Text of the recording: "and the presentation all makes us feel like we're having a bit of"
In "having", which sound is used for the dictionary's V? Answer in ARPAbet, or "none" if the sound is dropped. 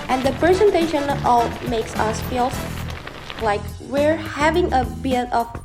V